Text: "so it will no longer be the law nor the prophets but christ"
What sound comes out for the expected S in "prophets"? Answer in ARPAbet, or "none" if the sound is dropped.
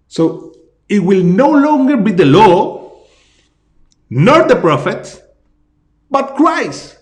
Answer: none